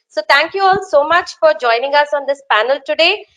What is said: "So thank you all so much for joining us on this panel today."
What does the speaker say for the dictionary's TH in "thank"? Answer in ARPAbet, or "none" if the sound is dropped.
T